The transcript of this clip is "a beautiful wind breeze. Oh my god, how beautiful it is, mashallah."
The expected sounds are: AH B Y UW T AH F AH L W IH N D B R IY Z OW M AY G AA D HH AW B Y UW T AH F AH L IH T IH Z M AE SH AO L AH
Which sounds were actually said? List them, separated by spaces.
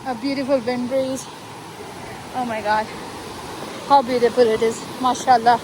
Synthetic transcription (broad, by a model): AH B Y UW T AH F AH L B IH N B EH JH OW M AY G AA D HH AW B Y UW T AH F AH L IH T IH Z M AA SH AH L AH